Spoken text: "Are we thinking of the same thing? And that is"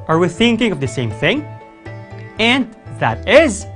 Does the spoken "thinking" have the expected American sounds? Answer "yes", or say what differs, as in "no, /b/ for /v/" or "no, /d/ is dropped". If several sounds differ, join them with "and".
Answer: yes